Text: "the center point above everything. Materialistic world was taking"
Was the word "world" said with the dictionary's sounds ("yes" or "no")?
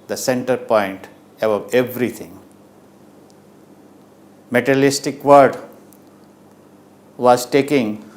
no